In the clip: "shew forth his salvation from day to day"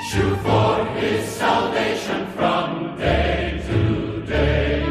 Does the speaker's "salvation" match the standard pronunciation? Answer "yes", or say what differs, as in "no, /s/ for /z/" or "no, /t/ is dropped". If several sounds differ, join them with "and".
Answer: yes